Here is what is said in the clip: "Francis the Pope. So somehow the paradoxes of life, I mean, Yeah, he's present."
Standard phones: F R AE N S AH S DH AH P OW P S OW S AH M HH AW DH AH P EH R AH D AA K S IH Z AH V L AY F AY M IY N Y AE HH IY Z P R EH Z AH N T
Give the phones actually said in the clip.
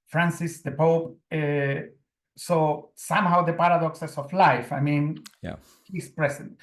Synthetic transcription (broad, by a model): F R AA N S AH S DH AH P OW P S OW S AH M HH AW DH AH P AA R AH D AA K S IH S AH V L AY F AY M IY N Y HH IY S P R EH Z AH N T